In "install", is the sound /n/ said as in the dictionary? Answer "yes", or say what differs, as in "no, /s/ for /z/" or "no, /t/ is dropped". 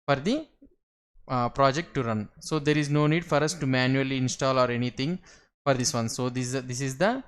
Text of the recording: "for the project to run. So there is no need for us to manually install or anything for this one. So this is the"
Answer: yes